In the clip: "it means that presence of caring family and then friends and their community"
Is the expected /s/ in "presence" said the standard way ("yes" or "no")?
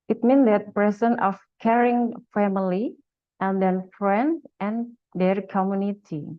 no